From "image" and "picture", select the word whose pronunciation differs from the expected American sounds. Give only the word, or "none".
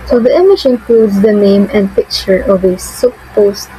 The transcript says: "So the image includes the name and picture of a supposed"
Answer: image